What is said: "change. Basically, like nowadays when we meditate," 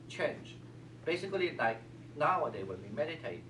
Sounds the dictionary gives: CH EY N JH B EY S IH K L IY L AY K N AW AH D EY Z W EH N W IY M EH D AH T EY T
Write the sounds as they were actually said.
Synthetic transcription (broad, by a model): CH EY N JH B EY S IH K L IY L AY K N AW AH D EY W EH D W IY M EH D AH T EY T